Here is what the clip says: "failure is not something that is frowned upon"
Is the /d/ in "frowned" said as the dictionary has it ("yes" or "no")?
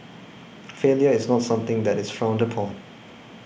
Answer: yes